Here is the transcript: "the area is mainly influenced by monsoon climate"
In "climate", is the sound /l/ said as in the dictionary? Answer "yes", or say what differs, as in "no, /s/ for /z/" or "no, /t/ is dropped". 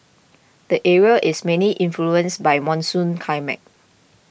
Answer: no, /l/ is dropped